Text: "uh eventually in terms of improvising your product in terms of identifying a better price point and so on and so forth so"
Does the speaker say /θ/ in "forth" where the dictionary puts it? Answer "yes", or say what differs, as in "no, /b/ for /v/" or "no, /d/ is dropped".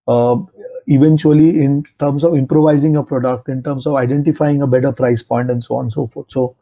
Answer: no, /t/ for /θ/